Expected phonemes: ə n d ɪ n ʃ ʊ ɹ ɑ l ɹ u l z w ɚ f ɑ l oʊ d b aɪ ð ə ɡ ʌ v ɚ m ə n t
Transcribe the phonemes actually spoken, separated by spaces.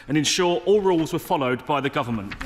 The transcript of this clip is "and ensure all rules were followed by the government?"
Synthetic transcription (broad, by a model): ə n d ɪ n ʃ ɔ ɹ ɑ l ɹ u l z w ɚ f ɑ l oʊ d b aɪ ð ə ɡ ʌ v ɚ m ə n t